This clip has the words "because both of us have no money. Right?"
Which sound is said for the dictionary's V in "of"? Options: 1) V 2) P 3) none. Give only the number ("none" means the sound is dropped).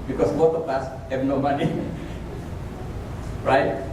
2